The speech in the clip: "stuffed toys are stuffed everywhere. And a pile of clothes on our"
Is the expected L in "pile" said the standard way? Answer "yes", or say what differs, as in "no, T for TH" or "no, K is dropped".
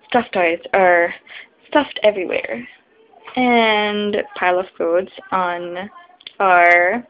yes